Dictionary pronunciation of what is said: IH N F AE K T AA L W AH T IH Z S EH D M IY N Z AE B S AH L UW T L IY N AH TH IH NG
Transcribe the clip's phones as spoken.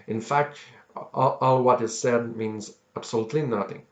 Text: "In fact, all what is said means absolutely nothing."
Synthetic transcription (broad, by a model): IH N F AE K T AA L W AH T IH Z S EH D M IY N Z AE B S AH L UW T L IY N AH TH IH NG